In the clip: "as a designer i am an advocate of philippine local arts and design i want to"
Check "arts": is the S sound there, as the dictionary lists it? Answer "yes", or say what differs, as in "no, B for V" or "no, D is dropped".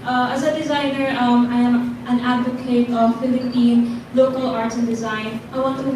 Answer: no, S is dropped